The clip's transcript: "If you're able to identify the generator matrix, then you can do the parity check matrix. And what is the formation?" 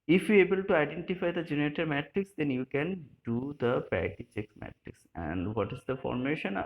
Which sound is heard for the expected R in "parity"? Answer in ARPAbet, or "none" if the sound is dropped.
none